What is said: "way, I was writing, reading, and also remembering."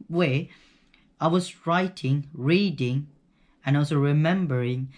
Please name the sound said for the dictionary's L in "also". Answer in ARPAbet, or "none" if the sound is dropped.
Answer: W